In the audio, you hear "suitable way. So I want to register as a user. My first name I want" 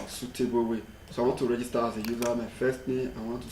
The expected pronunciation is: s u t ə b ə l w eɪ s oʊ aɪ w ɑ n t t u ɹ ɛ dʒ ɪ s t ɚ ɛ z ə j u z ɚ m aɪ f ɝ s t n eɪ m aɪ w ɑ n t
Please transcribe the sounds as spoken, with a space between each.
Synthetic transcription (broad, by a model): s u t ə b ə w eɪ s oʊ aɪ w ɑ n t t u ɹ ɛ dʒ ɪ s t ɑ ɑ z ə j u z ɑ m aɪ f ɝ s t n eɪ aɪ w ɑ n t